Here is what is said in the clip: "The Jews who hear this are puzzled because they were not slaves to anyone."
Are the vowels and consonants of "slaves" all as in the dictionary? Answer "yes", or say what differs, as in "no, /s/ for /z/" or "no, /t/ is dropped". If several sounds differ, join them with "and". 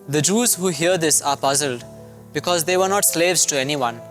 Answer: yes